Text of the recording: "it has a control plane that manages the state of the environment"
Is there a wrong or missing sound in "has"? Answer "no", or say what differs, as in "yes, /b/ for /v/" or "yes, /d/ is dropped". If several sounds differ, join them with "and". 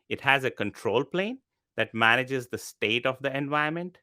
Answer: no